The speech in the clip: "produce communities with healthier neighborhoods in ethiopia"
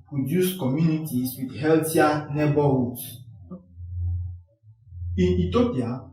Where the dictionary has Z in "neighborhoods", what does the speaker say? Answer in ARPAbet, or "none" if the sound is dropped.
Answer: S